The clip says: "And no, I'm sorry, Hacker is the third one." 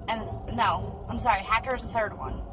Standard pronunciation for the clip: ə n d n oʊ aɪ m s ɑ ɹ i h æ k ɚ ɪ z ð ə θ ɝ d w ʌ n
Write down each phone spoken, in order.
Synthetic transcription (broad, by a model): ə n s n oʊ aɪ m s ɑ ɹ i h æ k ɚ ɪ z ð ə θ ɝ d w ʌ n